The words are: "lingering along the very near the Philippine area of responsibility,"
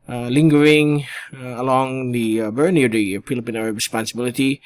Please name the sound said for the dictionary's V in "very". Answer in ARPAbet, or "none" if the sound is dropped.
B